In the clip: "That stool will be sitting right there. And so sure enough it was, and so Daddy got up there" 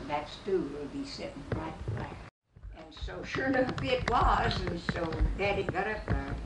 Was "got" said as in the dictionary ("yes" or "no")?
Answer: yes